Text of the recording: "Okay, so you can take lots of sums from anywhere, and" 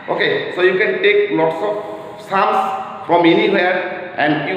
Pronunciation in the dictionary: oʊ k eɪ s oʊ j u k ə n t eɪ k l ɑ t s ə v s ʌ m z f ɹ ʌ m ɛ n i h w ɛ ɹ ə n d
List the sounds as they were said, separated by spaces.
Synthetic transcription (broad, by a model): oʊ k eɪ s oʊ j u k ə n t eɪ k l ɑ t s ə p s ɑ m s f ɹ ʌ m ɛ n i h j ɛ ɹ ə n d